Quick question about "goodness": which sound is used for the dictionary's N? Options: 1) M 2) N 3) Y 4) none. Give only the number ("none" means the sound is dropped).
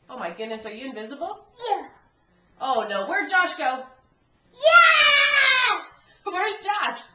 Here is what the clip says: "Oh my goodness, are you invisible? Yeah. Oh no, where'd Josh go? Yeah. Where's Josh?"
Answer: 2